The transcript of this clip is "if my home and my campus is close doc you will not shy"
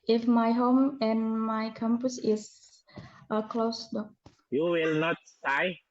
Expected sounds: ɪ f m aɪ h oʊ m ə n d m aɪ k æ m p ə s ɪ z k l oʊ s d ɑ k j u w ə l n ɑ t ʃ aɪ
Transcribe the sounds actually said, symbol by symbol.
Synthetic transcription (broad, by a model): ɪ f m aɪ h oʊ m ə n m aɪ k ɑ m p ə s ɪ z k l oʊ s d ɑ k j u w ə l n ɑ t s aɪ